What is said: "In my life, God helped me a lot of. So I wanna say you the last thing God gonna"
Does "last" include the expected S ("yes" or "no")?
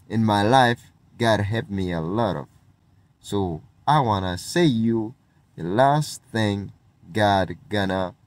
yes